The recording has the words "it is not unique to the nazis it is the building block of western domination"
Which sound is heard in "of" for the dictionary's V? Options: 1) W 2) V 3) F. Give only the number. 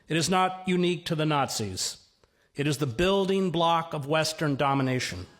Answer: 2